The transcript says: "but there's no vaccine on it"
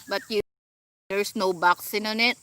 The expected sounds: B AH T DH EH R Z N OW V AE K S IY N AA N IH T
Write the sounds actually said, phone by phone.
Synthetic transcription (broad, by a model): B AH T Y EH R S N OW B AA K S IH N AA N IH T